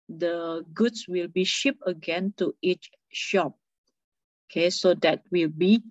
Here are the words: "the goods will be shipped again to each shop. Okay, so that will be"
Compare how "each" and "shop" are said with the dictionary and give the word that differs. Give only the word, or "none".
none